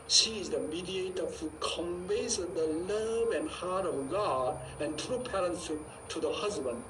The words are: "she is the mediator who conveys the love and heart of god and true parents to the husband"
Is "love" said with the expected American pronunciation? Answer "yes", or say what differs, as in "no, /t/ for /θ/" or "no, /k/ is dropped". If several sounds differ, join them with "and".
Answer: yes